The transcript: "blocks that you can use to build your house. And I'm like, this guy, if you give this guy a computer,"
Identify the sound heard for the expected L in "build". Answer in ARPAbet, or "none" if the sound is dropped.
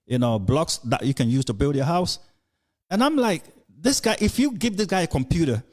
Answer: L